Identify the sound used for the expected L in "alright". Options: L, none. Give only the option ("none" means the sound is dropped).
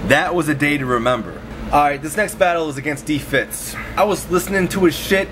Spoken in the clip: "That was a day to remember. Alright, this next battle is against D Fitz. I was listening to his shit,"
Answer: none